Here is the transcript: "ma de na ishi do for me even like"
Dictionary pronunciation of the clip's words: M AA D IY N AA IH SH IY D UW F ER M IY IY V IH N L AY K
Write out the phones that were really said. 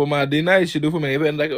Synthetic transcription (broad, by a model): M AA D IY N AA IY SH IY D UW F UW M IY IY P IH N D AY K